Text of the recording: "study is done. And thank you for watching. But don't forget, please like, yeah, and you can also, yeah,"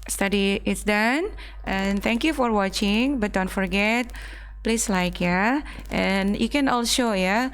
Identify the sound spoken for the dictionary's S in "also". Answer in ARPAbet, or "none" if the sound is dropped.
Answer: SH